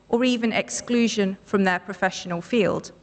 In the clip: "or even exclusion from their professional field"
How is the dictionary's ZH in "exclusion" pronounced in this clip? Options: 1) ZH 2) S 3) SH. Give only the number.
1